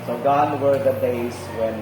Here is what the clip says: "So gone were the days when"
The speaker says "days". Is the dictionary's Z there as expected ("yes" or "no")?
no